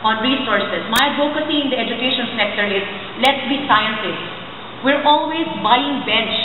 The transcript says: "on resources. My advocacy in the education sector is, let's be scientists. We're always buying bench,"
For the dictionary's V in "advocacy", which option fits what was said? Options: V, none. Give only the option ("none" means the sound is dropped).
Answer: none